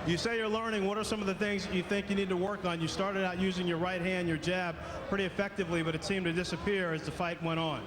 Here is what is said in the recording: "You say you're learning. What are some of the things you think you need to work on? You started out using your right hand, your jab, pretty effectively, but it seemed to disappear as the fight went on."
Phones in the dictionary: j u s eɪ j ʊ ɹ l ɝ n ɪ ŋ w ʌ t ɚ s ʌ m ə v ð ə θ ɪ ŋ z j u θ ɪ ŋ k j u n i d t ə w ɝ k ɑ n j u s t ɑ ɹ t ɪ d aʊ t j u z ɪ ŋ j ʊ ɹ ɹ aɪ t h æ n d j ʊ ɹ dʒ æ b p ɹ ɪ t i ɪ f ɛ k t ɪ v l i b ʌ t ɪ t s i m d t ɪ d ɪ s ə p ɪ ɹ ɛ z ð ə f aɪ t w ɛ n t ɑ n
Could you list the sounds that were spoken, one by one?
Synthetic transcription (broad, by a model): j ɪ s eɪ j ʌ ɹ l ɝ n ɪ ŋ w ʌ t ɚ s ʌ m ə v ð ə θ ɪ ŋ z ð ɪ θ ɪ ŋ k j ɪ n i d t ə w ɝ k n j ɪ s t ɑ ɹ t ɪ d aʊ t j u z ɪ ŋ j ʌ ɹ ɹ aɪ t h æ n d j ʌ ɹ dʒ æ b p ɹ ɪ t i ɪ f ɛ k t ɪ v l i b ʌ t ɪ t s i m t ɪ d ɪ s ə p ɪ ɹ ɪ z ð ə f aɪ t w ɛ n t n